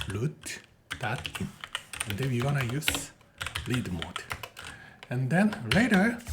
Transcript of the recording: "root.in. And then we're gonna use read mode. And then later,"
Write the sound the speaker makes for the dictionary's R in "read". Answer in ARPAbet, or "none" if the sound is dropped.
L